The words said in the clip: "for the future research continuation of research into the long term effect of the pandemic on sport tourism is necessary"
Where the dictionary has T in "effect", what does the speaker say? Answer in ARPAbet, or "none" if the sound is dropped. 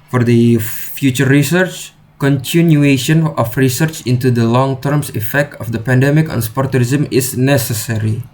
T